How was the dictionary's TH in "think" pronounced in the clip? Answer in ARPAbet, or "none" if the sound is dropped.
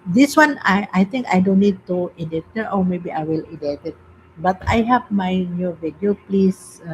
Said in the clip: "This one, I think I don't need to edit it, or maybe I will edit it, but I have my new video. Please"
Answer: T